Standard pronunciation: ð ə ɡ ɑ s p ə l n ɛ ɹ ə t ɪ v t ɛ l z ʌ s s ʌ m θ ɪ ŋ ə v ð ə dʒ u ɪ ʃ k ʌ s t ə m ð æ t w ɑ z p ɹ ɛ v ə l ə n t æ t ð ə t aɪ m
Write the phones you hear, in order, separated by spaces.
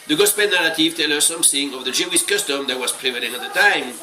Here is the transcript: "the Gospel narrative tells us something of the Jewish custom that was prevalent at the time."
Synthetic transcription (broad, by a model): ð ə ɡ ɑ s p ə n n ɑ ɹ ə t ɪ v t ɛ l ʌ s s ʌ m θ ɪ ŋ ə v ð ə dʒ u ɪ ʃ k ʌ s t ə m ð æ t w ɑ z p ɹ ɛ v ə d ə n ɑ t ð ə t aɪ m